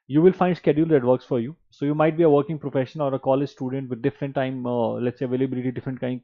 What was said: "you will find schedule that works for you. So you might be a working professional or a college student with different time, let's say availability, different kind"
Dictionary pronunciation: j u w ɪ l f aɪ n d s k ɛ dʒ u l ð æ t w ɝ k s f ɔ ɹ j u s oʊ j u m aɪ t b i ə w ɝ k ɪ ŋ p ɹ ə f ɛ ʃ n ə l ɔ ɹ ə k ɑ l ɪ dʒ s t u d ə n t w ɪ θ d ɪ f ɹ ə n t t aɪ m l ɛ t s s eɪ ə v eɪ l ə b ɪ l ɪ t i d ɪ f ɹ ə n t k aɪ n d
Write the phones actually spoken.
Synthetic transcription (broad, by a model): j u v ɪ l f aɪ n d s k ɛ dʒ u l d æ t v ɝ k s f ɔ ɹ j u s oʊ j u m aɪ t b i ə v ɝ k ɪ ŋ p ɹ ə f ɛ ʃ ə n ɔ ɹ ə k ɑ l ɪ dʒ s t u d ə n t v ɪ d d ɪ f ɹ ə n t t aɪ m l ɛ t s s eɪ ə v eɪ l ə b ɪ l ɪ t i d ɪ f ɹ ə n t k aɪ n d